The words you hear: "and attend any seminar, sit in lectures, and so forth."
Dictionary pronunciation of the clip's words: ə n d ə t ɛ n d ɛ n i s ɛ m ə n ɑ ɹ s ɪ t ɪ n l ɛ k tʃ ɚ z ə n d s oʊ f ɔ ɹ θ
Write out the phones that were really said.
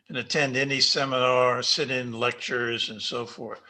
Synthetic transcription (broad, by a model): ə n ə t ɛ n d ɛ n i s ɛ m ə n ɑ ɹ s ɪ t ɪ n l ɛ k tʃ ɚ z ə n s oʊ f ɔ ɹ θ